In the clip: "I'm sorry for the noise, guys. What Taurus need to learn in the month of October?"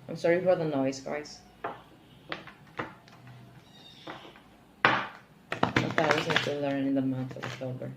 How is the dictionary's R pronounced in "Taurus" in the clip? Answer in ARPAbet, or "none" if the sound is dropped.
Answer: none